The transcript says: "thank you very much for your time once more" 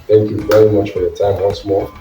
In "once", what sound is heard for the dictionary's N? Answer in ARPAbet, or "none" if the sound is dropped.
L